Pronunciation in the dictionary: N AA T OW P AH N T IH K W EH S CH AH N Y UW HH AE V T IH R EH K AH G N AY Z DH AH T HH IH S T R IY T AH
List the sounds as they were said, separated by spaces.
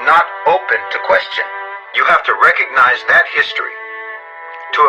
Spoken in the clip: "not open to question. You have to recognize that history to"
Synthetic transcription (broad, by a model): N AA T OW P AH N T IH K W EH S CH AH N Y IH HH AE F T IH R EH K AH G N AY Z DH AH T HH IH S T R IY T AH